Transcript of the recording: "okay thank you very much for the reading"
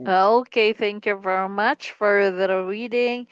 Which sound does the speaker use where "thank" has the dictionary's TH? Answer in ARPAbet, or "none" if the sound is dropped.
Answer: TH